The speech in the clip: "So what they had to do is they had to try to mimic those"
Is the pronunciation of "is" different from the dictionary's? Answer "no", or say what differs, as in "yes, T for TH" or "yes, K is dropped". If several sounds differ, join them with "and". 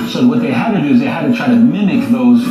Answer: no